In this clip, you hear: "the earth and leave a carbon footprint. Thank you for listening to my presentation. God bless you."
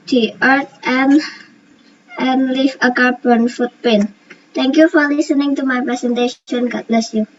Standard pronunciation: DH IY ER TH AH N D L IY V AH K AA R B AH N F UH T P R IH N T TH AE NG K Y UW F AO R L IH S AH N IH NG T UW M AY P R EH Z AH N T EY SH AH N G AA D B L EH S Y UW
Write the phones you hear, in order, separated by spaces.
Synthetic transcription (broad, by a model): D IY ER T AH N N L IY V AH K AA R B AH N F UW T P EH N T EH NG K Y UW F AO R L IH S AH N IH NG T UW M AY P R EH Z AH N T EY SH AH N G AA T B L EH S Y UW